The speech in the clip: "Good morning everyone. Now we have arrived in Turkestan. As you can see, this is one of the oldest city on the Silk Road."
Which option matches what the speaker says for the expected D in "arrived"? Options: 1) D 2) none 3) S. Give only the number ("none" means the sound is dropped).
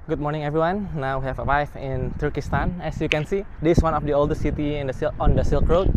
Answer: 2